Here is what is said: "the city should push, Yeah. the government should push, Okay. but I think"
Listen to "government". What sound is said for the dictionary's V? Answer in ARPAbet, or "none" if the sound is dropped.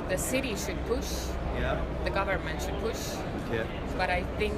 V